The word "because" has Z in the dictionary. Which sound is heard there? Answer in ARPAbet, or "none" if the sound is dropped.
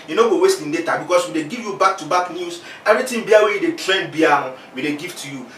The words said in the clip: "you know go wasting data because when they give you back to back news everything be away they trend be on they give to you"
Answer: S